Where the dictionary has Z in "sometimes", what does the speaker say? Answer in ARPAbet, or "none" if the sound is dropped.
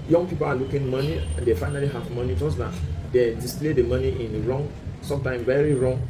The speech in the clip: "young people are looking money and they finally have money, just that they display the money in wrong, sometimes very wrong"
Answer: none